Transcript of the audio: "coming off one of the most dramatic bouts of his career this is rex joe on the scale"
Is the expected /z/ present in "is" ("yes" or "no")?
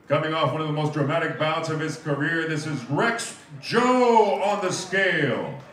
yes